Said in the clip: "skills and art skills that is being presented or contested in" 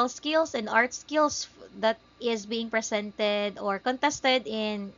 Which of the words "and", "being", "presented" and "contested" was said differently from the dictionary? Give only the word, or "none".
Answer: presented